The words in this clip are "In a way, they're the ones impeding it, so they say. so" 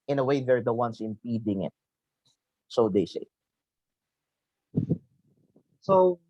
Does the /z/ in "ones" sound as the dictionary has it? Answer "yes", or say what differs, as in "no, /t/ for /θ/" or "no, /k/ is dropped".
no, /s/ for /z/